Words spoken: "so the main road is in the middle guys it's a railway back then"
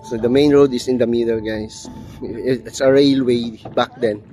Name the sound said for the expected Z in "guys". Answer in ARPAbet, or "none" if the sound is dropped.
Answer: S